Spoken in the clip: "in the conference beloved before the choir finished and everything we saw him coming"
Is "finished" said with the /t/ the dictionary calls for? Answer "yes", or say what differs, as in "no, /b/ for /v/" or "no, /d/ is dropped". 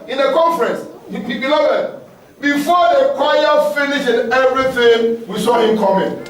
no, /t/ is dropped